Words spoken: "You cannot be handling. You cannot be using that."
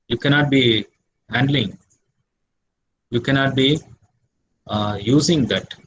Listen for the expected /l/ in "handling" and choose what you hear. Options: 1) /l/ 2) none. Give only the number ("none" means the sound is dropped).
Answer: 1